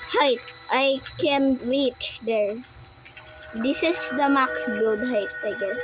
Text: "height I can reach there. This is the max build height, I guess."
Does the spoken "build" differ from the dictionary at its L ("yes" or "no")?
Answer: yes